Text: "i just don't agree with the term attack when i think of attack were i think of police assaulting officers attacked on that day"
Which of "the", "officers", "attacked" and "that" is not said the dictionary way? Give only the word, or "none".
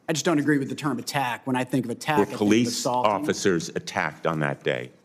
none